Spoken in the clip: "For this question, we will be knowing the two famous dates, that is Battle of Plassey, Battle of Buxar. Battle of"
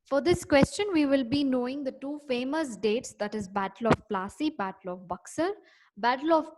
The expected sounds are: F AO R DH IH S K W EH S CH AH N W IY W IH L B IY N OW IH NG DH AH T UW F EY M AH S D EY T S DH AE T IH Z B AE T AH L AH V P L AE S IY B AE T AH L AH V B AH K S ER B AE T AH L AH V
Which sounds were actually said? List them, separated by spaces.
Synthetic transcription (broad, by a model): F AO R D IH S K W EH S CH AH N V IY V IH L B IY N OW IH NG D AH T UW F EY M AH S D EY T S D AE T IH Z B AE T AH L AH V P L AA S IY B AE T AH L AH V B AH K S ER B AE T AH L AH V